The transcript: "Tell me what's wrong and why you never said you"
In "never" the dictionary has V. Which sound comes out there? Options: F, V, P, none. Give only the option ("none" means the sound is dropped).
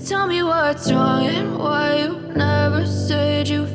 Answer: V